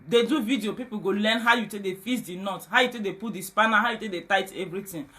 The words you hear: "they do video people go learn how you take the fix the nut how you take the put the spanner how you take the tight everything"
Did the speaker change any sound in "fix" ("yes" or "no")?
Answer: yes